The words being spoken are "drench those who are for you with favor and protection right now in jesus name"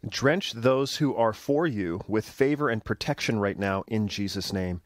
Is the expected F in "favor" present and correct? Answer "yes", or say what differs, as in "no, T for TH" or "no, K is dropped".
yes